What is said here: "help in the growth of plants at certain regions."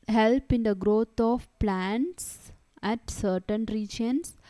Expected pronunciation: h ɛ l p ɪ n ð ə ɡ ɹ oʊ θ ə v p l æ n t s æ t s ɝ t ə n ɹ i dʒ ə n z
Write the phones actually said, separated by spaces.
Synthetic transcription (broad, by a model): h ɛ l p ɪ n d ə ɡ ɹ oʊ t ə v p l æ n t s æ t s ɝ t ə n ɹ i dʒ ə n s